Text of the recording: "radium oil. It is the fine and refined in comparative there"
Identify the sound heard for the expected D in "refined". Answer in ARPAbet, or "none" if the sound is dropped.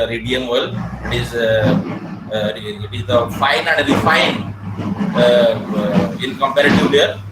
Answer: none